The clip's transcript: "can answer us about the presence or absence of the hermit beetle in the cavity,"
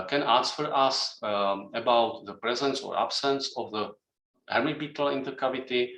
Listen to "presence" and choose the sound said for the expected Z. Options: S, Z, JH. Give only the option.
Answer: Z